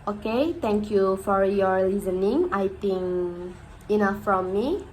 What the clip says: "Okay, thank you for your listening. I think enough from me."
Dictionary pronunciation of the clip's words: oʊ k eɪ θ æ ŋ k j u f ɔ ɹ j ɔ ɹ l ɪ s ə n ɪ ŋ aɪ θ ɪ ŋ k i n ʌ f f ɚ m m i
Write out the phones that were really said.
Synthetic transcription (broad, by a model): oʊ k eɪ t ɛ ŋ k j u f ɔ ɹ j ɔ ɹ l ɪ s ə n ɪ ŋ aɪ t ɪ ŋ i n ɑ f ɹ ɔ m m i